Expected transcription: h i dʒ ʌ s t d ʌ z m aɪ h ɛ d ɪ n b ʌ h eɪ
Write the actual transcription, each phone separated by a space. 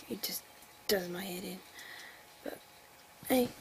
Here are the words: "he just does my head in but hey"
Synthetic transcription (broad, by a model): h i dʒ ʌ s d ʌ z m aɪ h ɛ d ɪ n b ʌ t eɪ